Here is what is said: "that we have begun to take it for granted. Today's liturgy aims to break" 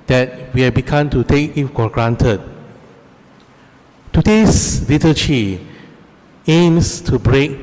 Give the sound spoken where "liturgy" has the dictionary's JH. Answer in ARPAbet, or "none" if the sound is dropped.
CH